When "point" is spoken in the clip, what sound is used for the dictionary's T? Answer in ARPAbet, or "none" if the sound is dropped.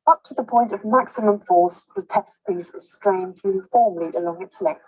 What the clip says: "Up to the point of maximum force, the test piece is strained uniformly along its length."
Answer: T